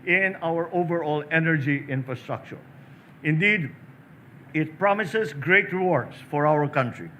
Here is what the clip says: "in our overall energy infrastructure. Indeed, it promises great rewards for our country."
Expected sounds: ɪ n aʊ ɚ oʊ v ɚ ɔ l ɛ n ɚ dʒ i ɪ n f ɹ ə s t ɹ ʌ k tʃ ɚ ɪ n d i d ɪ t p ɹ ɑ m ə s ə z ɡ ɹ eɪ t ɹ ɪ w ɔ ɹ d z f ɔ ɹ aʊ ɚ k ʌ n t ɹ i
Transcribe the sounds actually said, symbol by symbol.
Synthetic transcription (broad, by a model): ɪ n aʊ ɚ oʊ v ɚ ɔ l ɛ n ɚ dʒ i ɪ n f ɹ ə s t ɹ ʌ k tʃ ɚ ɪ n d i d ɪ t p ɹ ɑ m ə s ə s ɡ ɹ eɪ t ɹ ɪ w ɔ ɹ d s f ɔ ɹ aʊ ɚ k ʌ n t ɹ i